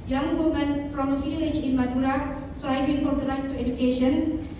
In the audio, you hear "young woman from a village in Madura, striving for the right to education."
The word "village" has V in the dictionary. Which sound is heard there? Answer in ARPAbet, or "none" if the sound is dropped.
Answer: F